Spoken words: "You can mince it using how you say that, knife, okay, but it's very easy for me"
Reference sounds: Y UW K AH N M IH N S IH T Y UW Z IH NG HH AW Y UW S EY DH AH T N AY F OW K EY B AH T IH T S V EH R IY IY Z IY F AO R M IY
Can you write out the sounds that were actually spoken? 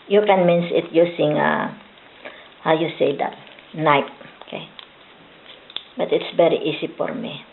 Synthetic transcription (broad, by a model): Y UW K AH N M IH N S IH T Y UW S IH NG HH AW Y UW S EY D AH T N AY P OW K EY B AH T IH T S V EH R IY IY S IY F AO R M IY